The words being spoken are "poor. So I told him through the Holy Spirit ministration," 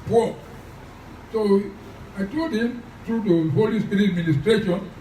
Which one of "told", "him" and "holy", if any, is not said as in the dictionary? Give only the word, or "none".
told